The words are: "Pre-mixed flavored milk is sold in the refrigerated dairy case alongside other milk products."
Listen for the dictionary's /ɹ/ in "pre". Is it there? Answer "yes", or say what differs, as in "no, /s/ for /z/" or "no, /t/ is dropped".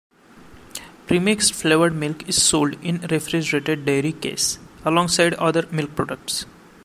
yes